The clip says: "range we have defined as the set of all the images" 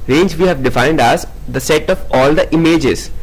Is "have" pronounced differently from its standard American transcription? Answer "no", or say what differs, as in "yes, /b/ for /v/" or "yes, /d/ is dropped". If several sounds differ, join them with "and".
no